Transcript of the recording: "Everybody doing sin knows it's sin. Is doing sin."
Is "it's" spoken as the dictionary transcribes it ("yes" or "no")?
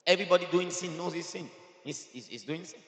no